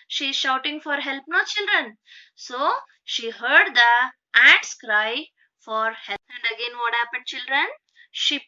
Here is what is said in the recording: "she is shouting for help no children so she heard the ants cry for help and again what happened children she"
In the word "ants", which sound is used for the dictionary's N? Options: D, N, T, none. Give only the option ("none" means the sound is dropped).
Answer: none